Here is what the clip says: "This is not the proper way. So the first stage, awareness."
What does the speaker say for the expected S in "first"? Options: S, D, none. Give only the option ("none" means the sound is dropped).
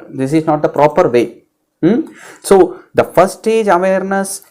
none